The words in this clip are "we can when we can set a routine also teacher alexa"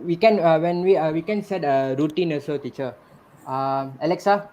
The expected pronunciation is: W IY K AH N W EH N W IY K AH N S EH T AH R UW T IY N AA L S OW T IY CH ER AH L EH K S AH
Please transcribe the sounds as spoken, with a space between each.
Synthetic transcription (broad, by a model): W IY K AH N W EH N W IY K AH N S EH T AH R UW T IY N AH S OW T IY CH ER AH L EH K S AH